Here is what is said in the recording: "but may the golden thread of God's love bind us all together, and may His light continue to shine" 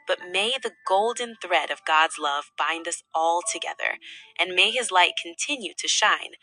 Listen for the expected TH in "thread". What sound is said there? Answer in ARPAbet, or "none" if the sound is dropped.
TH